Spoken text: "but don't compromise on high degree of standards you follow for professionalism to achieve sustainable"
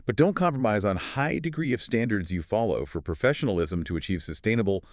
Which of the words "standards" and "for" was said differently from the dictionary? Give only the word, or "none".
none